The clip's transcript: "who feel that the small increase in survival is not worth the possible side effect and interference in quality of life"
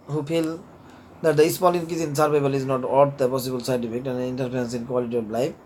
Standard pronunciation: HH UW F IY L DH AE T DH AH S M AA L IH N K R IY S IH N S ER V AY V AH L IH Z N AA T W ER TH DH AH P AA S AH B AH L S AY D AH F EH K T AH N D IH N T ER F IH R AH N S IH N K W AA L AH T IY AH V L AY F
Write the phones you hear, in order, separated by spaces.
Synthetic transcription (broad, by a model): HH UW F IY L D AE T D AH S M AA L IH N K IY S IH N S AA P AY B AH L IH Z N AA T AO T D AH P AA S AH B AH L S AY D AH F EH K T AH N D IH N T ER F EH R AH N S IH N K W AA L AH T IY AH B L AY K